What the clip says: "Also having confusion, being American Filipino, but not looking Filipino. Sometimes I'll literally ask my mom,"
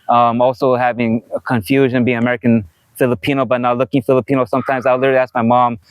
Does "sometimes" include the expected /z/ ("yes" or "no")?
yes